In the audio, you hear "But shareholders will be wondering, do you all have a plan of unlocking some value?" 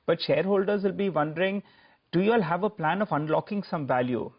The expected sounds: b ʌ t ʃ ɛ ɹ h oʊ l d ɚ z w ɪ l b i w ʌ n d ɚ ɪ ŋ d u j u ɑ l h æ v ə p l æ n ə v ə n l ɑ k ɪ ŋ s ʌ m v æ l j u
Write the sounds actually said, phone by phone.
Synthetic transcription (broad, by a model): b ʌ t ʃ ɛ ɹ h oʊ l d ɚ z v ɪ l b i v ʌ n d ɚ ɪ ŋ d u j u ɑ l h æ v ə p l æ n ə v ə n l ɑ k ɪ ŋ s ʌ m v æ l j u